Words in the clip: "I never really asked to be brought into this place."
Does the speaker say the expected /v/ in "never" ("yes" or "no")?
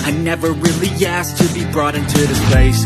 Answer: yes